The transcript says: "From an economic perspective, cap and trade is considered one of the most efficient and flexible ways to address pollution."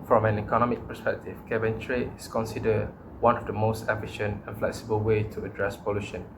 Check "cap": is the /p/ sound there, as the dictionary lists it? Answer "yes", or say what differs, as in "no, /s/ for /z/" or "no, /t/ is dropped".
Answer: no, /b/ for /p/